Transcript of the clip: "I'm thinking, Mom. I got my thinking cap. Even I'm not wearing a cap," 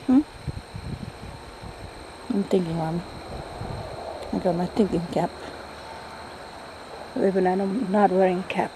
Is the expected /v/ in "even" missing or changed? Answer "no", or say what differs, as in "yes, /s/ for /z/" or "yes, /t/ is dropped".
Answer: yes, /b/ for /v/